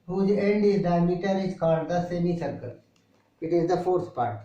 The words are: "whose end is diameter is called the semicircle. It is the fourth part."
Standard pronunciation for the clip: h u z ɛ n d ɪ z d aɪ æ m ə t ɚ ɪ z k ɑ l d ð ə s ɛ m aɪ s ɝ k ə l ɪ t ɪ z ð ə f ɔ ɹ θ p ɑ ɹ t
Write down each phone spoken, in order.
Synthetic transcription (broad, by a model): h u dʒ ɛ n d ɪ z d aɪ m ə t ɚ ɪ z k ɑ n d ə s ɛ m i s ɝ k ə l ɪ t ɪ z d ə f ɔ ɹ t p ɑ ɹ t